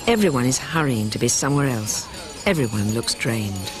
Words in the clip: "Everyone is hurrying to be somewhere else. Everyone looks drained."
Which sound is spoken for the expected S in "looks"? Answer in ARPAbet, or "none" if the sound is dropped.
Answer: S